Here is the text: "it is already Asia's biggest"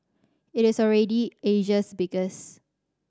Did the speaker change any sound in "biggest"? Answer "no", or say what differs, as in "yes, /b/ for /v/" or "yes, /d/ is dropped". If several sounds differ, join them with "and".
yes, /t/ is dropped